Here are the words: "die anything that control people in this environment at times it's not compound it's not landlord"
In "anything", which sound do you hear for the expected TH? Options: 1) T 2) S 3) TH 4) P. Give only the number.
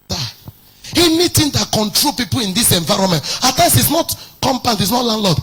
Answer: 1